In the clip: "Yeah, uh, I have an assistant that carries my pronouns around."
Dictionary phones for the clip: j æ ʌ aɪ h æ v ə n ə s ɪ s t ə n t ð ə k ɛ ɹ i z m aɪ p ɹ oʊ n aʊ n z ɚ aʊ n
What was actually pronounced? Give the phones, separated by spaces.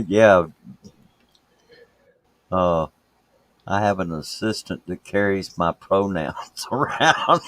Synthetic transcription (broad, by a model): j æ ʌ aɪ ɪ v ə n ə s ɪ s t ə n t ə k ɛ ɹ i z m aɪ p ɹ oʊ n aʊ n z ɚ aʊ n